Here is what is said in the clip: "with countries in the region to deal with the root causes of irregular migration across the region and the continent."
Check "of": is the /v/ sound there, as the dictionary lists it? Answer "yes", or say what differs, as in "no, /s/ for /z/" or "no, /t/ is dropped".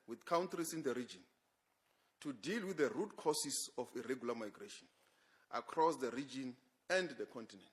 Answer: no, /f/ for /v/